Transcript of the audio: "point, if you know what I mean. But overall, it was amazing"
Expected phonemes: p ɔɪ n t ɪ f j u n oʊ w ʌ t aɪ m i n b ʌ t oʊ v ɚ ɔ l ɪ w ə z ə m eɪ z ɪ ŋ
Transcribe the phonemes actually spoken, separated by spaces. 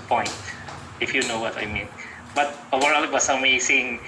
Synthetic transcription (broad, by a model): p ɔɪ n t ɪ f j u n oʊ w ʌ t aɪ m i n b ʌ t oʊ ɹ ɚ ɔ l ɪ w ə s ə m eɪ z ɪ ŋ